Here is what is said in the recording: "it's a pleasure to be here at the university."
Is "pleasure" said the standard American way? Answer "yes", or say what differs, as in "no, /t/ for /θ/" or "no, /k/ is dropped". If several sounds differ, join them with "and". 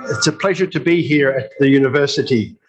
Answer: yes